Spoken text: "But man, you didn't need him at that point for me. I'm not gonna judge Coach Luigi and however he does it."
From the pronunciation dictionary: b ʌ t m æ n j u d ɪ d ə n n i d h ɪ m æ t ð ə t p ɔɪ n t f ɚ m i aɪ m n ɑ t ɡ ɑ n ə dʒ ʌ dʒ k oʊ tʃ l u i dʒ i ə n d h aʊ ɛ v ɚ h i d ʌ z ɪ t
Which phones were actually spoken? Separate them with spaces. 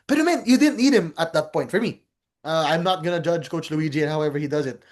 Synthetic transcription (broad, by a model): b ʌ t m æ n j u d ɪ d n n i d h ɪ m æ t ð ə t p ɔɪ n t f ɚ m i aɪ m n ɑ t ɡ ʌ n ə dʒ ʌ dʒ k oʊ tʃ l u i dʒ i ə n h aʊ ɛ v ɚ h i d ʌ z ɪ t